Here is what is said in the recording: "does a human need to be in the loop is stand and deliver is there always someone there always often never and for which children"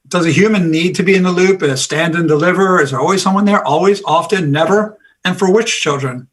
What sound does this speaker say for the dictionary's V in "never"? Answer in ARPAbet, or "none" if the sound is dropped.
V